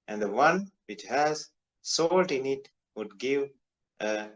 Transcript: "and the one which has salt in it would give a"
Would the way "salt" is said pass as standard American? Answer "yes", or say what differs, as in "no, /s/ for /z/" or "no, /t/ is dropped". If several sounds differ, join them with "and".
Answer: yes